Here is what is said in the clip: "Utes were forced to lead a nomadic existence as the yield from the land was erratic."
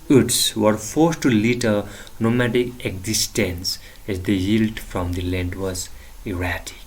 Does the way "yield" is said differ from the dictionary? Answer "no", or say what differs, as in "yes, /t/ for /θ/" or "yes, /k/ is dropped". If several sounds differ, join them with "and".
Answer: no